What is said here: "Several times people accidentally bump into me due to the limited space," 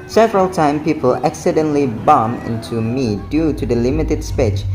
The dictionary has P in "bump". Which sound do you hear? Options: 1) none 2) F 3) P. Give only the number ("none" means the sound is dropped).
1